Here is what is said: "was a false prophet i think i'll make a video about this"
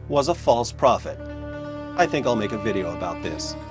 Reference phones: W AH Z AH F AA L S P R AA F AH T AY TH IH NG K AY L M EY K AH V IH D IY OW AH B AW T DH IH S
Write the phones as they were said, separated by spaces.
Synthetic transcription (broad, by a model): W AH Z AH F AA L S P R AA F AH T AY TH IH NG K AY L M EY K AH V IH D IY OW AH B AW T DH IH S